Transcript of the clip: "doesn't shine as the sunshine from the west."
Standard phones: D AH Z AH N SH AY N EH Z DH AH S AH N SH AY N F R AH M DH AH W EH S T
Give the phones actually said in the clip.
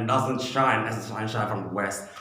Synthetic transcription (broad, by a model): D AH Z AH N SH AY N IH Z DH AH SH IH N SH AY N F R AH M DH AH W EH S T